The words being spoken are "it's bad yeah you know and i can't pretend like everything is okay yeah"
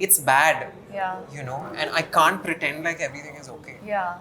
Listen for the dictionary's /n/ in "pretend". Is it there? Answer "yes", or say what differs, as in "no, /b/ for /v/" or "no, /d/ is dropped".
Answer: yes